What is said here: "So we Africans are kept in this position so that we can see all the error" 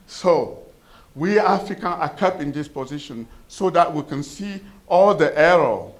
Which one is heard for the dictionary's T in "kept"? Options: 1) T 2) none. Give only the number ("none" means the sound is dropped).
2